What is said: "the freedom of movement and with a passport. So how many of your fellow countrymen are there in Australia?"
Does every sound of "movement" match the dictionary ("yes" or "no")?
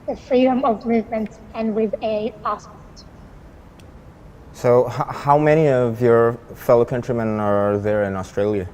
yes